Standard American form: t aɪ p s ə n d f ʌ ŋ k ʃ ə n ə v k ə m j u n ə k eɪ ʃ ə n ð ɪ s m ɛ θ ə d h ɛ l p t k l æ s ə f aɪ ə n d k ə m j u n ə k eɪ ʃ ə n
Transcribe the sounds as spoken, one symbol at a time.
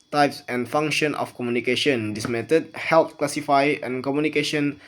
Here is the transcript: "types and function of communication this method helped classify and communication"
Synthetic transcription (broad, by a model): t aɪ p s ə n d f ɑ ŋ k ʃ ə n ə f k ə m j u n ə k eɪ ʃ ə n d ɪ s m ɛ t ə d h ɛ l t k l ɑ s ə f aɪ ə n k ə m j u n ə k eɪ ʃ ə n